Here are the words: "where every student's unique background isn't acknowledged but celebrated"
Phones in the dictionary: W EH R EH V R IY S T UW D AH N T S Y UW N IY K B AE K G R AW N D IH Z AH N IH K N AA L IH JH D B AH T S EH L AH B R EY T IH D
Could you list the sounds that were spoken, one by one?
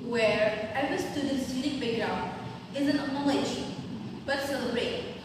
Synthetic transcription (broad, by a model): W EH R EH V IY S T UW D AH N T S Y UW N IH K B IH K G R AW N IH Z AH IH N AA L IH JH B AH T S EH L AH B R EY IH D